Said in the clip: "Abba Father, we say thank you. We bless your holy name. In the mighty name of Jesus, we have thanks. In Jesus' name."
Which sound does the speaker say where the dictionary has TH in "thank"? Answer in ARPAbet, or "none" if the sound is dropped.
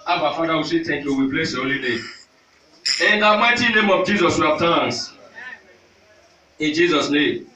T